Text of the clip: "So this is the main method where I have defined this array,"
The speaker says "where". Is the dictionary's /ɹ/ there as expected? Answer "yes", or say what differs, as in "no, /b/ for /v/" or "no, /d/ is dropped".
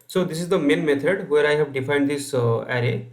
yes